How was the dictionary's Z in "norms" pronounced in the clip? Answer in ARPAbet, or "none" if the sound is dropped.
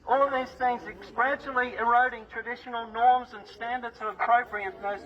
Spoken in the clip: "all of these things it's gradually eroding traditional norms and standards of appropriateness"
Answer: Z